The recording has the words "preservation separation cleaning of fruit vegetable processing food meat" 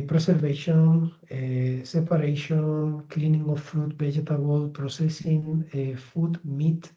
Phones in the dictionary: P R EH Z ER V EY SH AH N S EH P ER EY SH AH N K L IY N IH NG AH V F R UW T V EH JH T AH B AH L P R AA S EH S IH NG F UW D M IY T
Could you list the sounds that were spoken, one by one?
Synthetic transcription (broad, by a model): P R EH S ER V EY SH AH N S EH P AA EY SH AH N K L IY N IH NG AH F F R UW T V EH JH T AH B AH L P R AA S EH S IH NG F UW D M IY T